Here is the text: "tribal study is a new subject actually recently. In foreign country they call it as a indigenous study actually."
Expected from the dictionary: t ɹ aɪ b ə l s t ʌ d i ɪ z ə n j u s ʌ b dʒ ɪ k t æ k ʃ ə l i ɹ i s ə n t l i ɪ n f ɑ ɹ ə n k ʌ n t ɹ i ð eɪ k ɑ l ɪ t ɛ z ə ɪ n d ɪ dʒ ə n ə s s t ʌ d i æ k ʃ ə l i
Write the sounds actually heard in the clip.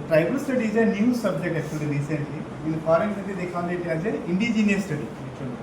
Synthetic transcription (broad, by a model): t ɹ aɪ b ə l s t ʌ d i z ə n j u s ʌ b dʒ ɪ k t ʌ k ə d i ɹ i s ə n t l i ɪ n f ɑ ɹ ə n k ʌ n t i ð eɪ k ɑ n ɪ t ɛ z ə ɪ n d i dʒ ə n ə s s t ʌ d i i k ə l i